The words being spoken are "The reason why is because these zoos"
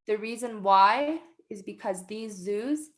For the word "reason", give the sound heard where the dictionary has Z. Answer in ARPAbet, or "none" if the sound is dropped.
Z